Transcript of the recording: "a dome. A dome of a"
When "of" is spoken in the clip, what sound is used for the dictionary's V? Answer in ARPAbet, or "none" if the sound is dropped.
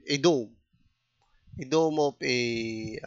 P